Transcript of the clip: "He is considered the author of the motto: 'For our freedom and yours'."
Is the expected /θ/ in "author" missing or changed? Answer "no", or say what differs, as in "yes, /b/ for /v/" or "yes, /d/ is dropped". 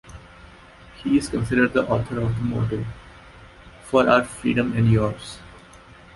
yes, /t/ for /θ/